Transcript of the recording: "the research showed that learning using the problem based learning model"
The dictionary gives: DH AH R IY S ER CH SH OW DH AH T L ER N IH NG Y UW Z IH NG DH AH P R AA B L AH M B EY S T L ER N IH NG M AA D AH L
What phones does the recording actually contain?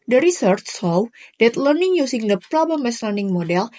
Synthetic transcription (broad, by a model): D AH R IY S ER CH S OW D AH T L ER N IH NG Y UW S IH NG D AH P R AA B L AH M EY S L ER N IH NG M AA D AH L